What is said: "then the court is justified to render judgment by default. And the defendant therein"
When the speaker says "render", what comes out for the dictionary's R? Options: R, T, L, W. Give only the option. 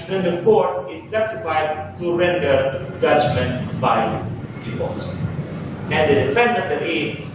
R